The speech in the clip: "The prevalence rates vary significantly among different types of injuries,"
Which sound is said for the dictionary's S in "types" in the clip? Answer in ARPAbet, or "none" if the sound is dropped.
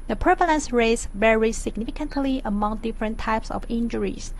S